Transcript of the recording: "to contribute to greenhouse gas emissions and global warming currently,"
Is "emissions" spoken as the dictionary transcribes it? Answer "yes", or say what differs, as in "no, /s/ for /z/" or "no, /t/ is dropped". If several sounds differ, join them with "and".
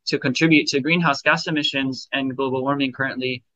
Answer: yes